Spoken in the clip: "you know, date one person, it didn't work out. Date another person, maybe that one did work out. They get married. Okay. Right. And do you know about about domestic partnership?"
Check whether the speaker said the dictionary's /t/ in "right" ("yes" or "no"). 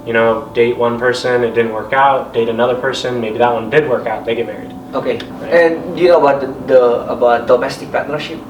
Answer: no